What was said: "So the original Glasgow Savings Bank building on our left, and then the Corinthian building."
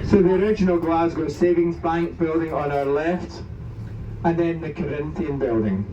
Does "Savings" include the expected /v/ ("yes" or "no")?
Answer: yes